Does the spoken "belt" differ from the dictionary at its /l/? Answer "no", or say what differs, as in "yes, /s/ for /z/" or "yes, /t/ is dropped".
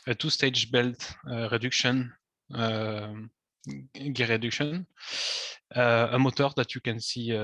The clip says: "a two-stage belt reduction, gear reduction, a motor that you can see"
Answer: no